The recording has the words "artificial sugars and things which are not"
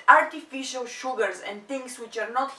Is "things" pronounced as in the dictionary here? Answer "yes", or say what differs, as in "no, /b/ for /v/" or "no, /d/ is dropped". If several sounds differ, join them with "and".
no, /t/ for /θ/ and /s/ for /z/